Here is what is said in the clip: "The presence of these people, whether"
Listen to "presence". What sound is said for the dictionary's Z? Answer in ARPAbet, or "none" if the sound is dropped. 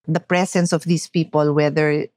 S